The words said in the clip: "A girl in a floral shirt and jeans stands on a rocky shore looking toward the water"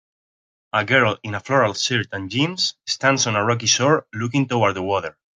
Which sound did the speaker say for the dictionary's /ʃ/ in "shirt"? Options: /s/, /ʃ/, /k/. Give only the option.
/s/